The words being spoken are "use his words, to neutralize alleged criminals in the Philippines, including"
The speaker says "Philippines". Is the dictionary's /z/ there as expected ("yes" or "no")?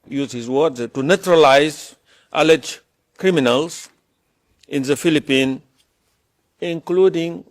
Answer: no